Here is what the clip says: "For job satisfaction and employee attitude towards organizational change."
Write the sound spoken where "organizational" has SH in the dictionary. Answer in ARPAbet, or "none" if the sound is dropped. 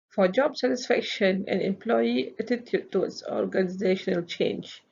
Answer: SH